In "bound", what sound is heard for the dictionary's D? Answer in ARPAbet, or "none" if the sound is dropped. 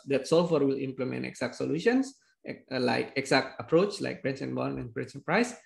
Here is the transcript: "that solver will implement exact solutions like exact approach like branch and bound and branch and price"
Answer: none